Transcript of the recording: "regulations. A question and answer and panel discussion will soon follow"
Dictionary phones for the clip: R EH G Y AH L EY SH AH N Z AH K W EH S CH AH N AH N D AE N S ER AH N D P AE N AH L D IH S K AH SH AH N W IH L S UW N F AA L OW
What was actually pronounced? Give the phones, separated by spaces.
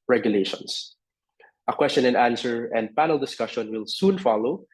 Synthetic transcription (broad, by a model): R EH G Y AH L EY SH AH N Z AH K W EH S CH AH N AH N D AE N S ER AH N D P AE N AH L D IH S K AH SH AH N W IH L S UW N F AA L OW